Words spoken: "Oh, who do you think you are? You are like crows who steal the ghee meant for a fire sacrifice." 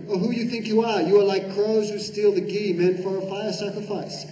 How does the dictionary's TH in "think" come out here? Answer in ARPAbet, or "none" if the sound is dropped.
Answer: TH